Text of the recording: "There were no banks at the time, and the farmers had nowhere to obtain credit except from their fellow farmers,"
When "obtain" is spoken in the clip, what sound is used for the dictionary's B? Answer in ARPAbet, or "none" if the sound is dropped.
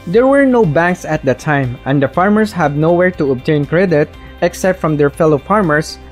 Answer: B